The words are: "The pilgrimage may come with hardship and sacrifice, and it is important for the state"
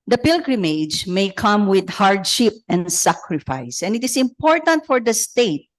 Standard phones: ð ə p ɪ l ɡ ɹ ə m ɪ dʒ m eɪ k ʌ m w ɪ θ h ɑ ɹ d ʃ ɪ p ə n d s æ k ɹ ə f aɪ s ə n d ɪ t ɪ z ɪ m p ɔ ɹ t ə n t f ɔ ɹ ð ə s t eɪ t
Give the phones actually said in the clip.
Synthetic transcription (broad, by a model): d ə p ɪ l ɡ ɹ ə m ɪ dʒ m eɪ k ʌ m w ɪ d h ɑ ɹ d ʃ ɪ p ə n d s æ k ɹ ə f aɪ s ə n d ɪ t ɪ s ɪ m p ɔ ɹ t ə n t f ɔ ɹ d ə s t eɪ t